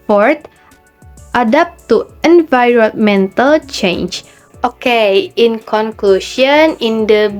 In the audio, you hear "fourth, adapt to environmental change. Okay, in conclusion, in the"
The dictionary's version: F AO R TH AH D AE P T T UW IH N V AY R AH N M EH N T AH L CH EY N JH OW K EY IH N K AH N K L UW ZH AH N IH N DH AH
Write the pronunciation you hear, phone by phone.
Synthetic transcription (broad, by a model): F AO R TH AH D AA P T T UW IH N V AY R AH N M EH N T AH L CH EY N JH OW K EY IH N K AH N K L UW SH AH N IH N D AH